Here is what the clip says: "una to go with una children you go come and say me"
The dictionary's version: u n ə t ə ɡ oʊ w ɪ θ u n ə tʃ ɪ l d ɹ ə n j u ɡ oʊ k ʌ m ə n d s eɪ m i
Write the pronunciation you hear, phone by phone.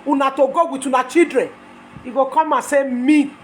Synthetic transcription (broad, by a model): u n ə t ə ɡ oʊ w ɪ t u n ə tʃ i d ɹ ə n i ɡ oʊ k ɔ m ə s eɪ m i